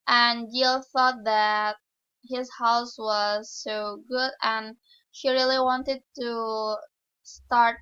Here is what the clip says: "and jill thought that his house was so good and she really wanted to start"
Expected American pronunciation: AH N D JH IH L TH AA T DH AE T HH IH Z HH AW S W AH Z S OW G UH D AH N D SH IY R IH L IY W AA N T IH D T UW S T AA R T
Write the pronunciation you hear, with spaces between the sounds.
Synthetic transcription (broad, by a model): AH N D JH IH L TH AA T DH AE T HH IH Z HH AW S W AH Z S OW G UH D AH N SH IY R IH L IY W AA N T IH D T UW S T AA R T